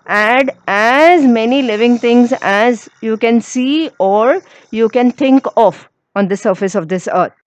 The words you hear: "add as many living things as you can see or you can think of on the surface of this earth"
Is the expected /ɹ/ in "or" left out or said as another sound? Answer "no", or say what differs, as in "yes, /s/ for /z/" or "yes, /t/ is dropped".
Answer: no